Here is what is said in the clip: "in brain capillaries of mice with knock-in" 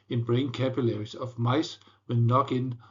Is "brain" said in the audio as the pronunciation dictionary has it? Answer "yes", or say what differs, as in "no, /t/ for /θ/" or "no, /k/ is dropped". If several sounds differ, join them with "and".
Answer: yes